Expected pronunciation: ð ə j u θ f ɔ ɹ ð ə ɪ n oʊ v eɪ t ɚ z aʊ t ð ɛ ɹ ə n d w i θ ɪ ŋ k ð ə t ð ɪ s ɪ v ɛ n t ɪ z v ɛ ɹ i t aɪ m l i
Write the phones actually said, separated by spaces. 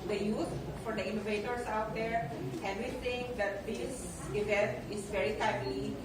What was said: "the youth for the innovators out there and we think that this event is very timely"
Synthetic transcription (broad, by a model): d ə j u t f ɔ ɹ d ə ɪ n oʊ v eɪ t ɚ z aʊ t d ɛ ɹ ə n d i t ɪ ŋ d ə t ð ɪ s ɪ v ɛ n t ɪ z v ɛ ɹ i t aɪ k l i